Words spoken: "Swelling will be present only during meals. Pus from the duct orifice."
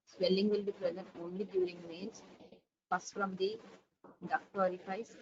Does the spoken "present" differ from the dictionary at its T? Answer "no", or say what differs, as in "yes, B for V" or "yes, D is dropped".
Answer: no